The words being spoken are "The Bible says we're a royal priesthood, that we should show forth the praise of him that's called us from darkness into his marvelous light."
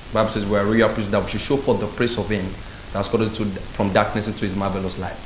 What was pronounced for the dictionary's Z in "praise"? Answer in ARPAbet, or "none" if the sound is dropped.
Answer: S